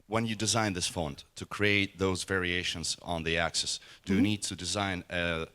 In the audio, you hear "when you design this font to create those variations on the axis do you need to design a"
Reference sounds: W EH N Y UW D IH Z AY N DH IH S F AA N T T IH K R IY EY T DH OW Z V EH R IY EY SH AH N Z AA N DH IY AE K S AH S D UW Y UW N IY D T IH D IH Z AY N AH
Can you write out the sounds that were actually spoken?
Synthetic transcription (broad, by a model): W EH N Y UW D IH Z AY N DH IH S F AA N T T IH K R IY EY T DH OW Z V EH R IY EY SH AH N Z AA N DH IY AE K S AH S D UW Y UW N IY D T IH D IH Z AY N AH